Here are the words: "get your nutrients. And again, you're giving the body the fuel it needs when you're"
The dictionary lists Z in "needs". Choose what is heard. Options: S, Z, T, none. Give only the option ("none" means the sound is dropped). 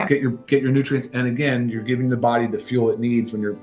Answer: Z